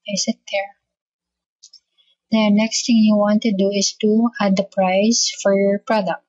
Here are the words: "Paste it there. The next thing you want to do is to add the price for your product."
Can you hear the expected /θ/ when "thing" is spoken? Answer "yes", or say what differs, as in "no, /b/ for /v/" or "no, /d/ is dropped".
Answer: no, /t/ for /θ/